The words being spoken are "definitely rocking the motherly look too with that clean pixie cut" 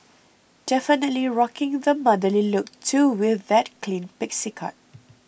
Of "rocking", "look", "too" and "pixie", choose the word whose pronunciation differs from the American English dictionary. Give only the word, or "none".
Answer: none